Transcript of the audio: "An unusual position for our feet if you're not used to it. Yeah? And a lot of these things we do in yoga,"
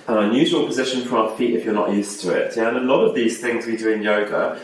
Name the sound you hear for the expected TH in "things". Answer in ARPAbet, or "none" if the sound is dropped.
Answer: TH